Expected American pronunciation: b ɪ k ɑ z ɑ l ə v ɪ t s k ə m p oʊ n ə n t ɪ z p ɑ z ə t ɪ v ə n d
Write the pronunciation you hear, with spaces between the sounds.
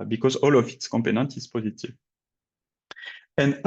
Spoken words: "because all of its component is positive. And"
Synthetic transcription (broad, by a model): b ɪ k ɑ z ɑ l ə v ɪ t s k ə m p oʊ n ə n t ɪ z p ɑ z ə t ɪ v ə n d